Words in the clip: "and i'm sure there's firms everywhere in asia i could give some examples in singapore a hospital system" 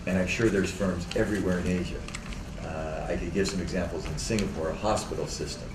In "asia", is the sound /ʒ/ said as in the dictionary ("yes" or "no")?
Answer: yes